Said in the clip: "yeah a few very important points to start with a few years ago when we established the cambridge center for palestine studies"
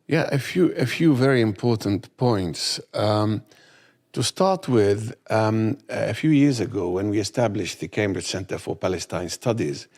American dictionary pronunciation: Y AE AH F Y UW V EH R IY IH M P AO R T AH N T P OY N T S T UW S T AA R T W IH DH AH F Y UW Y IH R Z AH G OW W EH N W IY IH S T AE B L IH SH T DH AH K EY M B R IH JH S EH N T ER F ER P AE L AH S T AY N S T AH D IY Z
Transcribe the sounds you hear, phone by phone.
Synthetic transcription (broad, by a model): Y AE AH F Y UW V EH R IY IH M P AO R T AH N T P OY N T S T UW S T AA R T W IH DH AH F Y UW Y IH R Z AH G OW W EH N W IY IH S T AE B L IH SH DH AH K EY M B R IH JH S EH N T ER F ER P AE L AH S T AY N S T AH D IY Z